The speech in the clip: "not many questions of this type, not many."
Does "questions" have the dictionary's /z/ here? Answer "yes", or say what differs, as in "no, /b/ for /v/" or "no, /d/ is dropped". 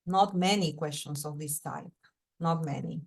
no, /s/ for /z/